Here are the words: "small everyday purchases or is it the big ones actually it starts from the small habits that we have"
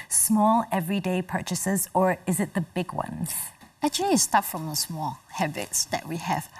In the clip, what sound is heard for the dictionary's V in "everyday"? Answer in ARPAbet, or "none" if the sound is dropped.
V